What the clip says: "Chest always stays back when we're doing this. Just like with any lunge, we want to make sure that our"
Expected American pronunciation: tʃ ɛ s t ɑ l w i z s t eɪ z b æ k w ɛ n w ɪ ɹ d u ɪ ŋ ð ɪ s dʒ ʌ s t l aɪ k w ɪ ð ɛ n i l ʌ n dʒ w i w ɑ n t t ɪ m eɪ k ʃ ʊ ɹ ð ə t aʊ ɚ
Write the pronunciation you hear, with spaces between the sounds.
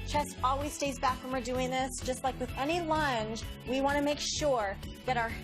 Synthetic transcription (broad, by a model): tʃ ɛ s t ɑ l w i z s t eɪ z b æ k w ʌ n w ɪ ɹ d u ɪ ŋ ð ɪ s dʒ ʌ s t l aɪ k w ɪ ð ɛ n i l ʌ n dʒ w i w ɑ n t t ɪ m eɪ k ʃ ʊ ɹ ð ə t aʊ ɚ